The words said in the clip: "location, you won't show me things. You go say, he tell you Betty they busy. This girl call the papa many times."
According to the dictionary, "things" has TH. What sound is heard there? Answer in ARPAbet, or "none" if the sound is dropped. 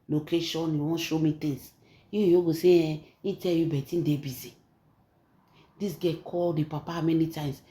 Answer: T